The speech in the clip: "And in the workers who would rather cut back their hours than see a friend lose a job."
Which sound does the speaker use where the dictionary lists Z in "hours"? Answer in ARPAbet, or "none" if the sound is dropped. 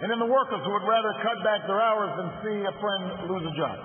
Z